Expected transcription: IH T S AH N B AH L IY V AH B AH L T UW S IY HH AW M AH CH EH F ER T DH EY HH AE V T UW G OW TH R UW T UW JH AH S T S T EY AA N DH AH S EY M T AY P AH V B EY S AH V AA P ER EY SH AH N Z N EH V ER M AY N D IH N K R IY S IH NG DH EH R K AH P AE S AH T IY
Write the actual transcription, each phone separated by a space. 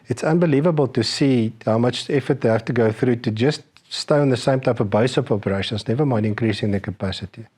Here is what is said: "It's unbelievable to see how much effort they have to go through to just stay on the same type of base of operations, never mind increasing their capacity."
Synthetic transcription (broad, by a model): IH T S AH N B AH L IY V AH B AH L T UW S IY HH AW M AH CH EH F ER T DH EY HH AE F T UW G OW TH R UW T UW JH AH S T S T EY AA N DH AH S EY M T AY P AH V B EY S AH P AA P ER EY SH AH N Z N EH V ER M AY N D IH N K R IY S IH NG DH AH K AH P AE S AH T IY